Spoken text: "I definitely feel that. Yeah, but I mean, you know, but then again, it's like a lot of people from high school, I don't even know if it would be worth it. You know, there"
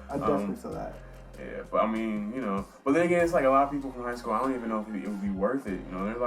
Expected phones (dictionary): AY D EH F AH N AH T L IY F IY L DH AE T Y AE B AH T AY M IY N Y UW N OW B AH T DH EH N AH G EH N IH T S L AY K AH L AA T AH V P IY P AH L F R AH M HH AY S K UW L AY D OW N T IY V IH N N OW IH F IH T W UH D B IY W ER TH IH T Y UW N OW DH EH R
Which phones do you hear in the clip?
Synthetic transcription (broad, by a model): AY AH AH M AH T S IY DH AE T Y AE B AH T AY M IY N Y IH N OW B AH T DH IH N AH G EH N IH T S L AY K AH L AA T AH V P IY P L F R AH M HH AY S K UW L AY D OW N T IY V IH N N OW IH F IH T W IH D B IY W ER TH IH T Y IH N OW DH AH R